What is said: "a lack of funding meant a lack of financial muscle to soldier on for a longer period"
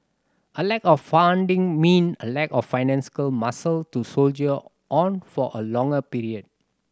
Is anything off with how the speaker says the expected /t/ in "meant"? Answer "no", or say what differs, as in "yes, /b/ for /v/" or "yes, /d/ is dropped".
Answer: yes, /t/ is dropped